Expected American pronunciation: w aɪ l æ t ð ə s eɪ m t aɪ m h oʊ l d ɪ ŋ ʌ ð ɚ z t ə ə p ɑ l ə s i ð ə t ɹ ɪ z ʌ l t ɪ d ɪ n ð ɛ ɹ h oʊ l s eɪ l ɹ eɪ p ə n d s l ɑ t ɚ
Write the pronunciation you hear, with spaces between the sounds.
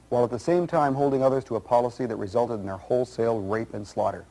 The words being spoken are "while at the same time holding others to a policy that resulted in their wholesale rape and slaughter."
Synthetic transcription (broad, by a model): w aɪ l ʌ t ð ə s eɪ m t aɪ m h oʊ l d ɪ ŋ ʌ ð ɚ z t ə ə p ɑ l ə s i ð ə t ɹ ɪ z ʌ l t ɪ d n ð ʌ ɹ h oʊ l s eɪ l ɹ eɪ p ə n s l ɑ t ɚ